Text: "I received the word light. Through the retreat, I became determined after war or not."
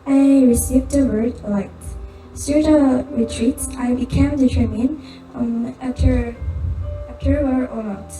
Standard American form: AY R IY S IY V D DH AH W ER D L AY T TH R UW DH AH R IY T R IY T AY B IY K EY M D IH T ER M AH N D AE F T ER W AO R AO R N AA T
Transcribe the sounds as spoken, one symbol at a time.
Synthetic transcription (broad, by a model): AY R IY S IY V D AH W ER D L AY T S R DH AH R IY T R IY T AY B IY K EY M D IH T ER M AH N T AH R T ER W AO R AO R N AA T